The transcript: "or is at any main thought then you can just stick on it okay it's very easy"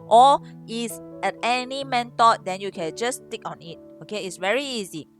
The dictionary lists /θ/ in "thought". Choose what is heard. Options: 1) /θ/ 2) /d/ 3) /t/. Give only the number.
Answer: 3